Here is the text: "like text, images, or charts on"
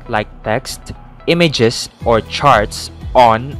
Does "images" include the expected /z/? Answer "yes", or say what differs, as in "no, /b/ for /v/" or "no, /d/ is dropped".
no, /s/ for /z/